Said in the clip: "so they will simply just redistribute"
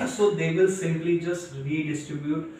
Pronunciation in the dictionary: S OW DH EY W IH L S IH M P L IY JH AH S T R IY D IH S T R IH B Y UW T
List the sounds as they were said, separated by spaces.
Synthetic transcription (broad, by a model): S OW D EY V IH L S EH P L IY JH AH S T R IY D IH S T R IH B Y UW T